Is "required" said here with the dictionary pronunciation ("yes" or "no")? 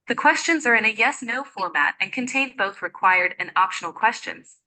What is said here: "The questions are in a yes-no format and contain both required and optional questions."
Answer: yes